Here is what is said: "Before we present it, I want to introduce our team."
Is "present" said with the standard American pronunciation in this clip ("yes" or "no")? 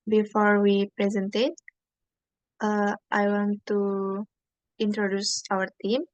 yes